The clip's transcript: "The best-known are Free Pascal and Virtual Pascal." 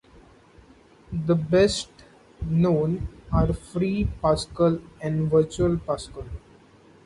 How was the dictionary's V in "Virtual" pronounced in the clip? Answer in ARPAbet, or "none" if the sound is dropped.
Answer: V